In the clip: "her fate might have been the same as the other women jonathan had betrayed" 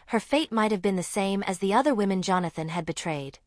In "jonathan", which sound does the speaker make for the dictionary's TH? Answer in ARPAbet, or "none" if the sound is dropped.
TH